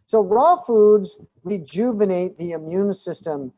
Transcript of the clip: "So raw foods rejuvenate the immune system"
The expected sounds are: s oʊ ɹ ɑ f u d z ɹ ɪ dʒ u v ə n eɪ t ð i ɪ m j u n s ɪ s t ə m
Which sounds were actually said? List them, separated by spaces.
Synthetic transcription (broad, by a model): s oʊ ɹ ɑ f u d z ɹ ɪ dʒ u v ə n eɪ t ð i ɪ m j u n s ɪ s t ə m